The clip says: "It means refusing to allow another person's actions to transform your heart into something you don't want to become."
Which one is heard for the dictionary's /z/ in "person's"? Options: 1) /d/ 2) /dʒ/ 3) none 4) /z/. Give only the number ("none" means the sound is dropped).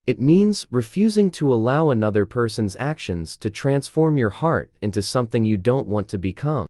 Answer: 4